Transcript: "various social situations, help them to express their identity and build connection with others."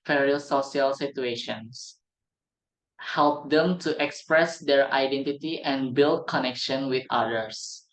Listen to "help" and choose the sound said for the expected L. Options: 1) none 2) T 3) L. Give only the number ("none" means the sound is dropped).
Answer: 3